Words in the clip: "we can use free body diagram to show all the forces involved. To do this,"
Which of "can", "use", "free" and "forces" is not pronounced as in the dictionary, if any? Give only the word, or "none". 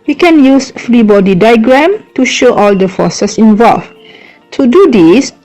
forces